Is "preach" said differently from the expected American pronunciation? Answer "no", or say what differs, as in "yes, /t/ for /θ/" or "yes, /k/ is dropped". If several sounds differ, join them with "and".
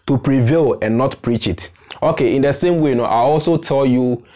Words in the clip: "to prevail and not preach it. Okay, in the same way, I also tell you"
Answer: no